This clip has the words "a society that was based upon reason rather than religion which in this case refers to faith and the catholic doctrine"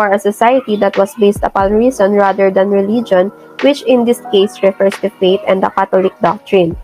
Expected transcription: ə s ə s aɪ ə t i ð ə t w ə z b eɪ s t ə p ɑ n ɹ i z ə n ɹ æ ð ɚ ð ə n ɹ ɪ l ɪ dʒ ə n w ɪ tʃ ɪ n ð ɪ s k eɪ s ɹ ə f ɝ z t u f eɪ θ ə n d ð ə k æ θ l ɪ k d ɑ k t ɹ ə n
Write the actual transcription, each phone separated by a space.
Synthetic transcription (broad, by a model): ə s ə s aɪ ə t i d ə t w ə s b eɪ s t ə p ɑ n ɹ i s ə n ɹ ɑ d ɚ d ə n ɹ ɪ l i dʒ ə n w ɪ tʃ ɪ n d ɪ s k eɪ s ɹ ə f ɝ s t u f eɪ t ə n d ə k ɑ t l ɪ k d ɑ k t ɹ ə n